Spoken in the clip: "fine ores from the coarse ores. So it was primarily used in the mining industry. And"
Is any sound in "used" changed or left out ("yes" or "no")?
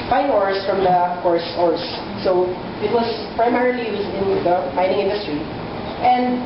yes